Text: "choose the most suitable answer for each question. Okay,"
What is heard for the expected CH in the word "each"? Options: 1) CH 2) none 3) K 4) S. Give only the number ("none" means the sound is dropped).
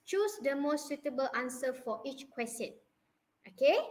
1